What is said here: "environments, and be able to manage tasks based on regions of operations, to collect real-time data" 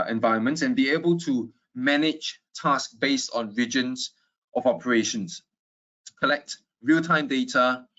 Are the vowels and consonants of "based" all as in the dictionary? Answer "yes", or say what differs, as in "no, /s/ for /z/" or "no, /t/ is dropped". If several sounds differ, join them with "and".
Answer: yes